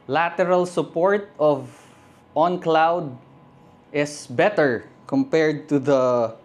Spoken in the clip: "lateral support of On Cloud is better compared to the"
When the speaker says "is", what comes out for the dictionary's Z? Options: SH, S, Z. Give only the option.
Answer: S